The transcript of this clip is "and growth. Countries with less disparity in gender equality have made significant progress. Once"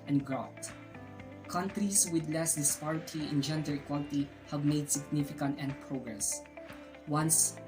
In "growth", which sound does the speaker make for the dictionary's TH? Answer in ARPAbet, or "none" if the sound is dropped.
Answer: T